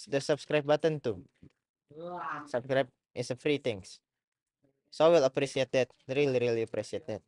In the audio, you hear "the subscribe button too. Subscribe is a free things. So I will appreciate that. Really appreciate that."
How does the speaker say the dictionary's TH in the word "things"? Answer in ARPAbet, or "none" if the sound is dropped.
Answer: T